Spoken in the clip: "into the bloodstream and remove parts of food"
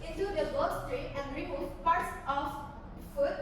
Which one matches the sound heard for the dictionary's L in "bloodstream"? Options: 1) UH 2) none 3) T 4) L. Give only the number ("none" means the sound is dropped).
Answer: 2